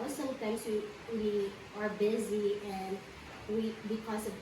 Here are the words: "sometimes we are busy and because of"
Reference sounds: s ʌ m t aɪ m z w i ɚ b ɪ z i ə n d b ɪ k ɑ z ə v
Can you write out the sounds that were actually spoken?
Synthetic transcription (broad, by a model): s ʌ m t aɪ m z w i ɚ b ɪ z i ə n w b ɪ k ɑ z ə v